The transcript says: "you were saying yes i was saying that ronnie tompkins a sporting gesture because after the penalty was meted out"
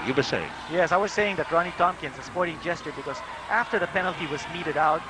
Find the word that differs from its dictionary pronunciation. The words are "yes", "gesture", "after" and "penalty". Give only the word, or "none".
none